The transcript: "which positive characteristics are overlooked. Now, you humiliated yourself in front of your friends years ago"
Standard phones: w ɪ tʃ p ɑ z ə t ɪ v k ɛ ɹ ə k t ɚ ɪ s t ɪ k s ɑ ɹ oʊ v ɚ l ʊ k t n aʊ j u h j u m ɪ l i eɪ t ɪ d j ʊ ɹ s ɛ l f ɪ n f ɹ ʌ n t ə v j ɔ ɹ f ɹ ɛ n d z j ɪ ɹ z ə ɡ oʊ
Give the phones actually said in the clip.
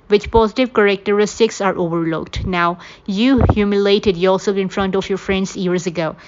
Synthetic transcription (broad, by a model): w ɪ tʃ p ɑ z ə t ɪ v k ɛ ɹ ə k t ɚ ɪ s t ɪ k s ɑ ɹ oʊ v ɚ l ʊ k t n aʊ j u h j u m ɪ l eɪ t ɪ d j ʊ l s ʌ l ɪ n f ɹ ʌ n t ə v j ɔ ɹ f ɹ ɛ n d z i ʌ ɹ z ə ɡ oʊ